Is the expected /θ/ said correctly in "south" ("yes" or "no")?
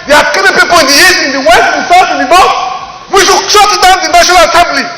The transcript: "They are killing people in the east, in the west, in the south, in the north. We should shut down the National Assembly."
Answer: no